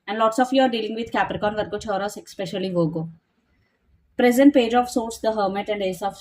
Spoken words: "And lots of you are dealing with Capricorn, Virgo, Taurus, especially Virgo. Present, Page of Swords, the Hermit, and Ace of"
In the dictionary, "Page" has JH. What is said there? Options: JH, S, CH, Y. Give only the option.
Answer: JH